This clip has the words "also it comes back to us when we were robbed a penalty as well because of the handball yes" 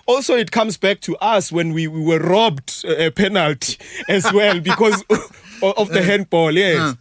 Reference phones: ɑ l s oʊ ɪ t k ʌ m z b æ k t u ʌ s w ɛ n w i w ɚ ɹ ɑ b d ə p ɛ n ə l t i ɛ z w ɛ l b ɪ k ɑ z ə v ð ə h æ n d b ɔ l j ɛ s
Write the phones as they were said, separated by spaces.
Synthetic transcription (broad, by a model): ɑ l s oʊ ɪ t k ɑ m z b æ k t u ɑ s w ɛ n w i w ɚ ɹ ɑ b d ə p ɛ n ə l t i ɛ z w ɛ l b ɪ k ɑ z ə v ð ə h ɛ n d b ɔ l j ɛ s